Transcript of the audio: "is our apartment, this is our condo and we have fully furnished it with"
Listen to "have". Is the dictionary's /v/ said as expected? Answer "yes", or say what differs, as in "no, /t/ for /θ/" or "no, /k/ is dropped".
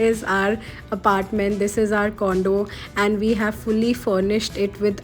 yes